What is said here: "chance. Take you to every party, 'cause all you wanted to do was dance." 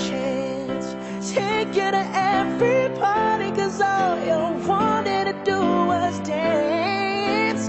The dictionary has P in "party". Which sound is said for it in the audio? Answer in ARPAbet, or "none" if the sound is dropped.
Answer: B